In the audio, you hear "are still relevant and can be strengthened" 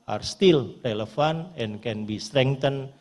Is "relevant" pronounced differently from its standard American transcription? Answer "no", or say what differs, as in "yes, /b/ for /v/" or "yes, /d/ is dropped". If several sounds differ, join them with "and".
yes, /f/ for /v/